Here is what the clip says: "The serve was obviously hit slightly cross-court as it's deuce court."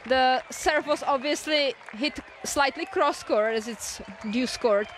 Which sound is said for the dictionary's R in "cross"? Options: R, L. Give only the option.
R